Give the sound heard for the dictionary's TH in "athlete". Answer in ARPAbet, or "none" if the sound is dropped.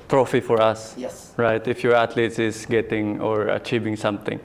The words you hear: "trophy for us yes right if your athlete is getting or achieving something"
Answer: T